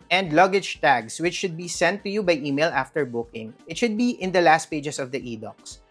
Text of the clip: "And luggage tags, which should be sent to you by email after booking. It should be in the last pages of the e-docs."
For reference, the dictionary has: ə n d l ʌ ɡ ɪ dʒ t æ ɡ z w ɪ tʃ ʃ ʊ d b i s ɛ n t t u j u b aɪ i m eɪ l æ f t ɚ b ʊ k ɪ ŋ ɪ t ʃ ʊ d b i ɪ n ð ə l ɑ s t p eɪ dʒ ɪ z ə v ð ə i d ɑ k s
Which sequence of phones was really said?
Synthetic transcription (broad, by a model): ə n d l ʌ ɡ ɪ dʒ t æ ɡ s w ɪ tʃ ʃ ʊ d b i s ɛ n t t u j u b aɪ i m eɪ l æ f t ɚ b ʊ k ɪ ŋ ɪ t ʃ ʊ d b i ɪ n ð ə l ɑ s t p eɪ dʒ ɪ s ə v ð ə i d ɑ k s